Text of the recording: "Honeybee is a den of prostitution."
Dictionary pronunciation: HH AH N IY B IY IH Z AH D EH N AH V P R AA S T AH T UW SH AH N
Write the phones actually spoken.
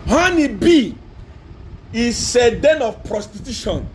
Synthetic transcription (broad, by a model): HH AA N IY B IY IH S AH D EH N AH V P R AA S T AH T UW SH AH N